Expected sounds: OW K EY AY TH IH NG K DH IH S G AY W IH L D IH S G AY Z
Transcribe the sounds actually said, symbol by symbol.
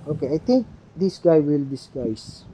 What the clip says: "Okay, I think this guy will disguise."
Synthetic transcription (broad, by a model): OW K EY AY T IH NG K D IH S G AY W IH L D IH S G AY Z